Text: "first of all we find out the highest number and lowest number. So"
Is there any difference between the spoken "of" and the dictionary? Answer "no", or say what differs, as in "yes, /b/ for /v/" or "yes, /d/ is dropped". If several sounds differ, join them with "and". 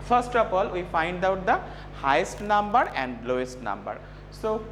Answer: yes, /p/ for /v/